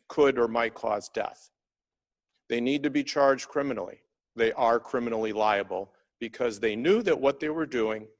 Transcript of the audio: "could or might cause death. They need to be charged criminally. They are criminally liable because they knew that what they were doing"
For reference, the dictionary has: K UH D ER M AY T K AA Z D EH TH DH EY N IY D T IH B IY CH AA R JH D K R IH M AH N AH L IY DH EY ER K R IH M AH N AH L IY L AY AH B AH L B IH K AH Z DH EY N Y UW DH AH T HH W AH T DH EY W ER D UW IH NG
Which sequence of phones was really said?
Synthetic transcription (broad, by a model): K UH D ER M AY T K AA Z D EH TH DH EY N IY D T IH B IY CH AA R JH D K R IH M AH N L IY DH EY ER K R IH M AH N L IY L AY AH B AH L B IH K AH Z DH EY N Y UW DH AH T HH W AH T DH EY W ER D UW IH NG